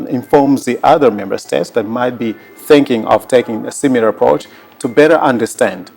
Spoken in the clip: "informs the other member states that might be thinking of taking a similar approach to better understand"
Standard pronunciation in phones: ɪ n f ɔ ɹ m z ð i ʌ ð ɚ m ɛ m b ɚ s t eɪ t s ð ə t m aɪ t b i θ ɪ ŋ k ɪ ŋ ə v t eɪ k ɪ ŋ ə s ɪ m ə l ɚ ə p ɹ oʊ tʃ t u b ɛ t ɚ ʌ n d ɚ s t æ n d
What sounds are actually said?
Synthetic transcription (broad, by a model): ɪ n f ɔ ɹ m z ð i ʌ ð ɚ m ɛ m b ɚ s t eɪ t s ð ə t m aɪ t b i θ ɪ ŋ k ɪ ŋ ə v t eɪ k ɪ ŋ ə s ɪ m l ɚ ə p ɹ oʊ tʃ t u b ɛ t ɚ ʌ n d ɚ s t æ n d